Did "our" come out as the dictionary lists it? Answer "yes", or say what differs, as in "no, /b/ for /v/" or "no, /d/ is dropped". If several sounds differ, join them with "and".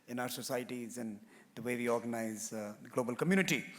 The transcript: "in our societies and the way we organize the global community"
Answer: yes